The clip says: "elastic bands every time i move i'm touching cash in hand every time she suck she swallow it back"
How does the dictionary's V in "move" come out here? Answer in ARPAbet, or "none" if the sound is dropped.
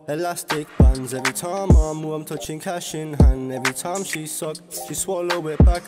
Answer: none